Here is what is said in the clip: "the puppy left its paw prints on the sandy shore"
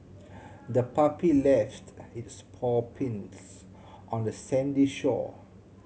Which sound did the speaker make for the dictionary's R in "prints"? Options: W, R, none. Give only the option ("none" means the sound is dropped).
none